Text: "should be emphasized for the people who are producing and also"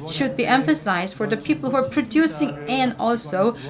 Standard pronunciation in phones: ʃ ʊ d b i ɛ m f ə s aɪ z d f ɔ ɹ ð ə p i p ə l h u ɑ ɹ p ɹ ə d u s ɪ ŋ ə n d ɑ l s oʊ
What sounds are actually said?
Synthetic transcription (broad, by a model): ʃ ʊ d b i ɛ m f ə s aɪ z d f ɔ ɹ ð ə p i p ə l h u ɑ ɹ p ɹ ə d u s ɪ ŋ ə n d ɑ l s oʊ